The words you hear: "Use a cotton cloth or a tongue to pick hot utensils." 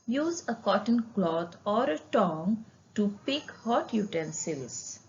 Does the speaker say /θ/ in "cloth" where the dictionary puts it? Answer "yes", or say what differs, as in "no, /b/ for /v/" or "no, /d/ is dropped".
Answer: no, /t/ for /θ/